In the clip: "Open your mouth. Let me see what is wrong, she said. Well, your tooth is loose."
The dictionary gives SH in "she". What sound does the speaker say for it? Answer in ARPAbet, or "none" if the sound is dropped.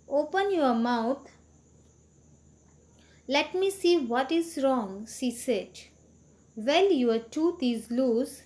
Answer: S